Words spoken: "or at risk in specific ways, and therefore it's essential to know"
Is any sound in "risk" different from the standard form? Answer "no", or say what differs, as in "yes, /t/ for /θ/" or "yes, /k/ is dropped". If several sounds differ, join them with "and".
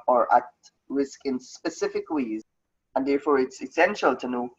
no